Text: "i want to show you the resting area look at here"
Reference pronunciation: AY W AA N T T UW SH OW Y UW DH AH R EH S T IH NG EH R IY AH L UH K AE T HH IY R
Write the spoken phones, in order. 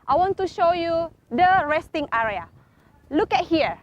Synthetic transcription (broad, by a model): AY W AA N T T UW SH OW Y UW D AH R EH S T IH NG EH R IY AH L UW K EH T HH IY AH